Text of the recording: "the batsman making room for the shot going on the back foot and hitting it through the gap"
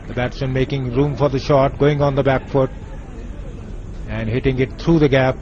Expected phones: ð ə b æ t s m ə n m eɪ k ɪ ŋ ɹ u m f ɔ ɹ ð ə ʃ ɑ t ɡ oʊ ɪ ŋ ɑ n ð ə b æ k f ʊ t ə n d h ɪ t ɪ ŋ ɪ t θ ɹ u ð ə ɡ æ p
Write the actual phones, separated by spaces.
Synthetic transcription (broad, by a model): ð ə b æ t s ə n m eɪ k ɪ ŋ ɹ u m f ɔ ɹ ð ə ʃ ɑ t ɡ oʊ ɪ ŋ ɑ n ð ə b æ k f ʊ t ə n d h ɪ t ɪ ŋ ɪ t t ɹ u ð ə ɡ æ p